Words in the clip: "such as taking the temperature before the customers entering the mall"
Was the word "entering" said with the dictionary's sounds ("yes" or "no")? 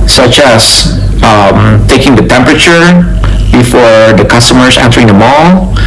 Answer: yes